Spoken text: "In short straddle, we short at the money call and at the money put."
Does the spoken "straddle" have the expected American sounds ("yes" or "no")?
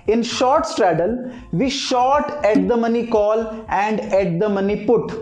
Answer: yes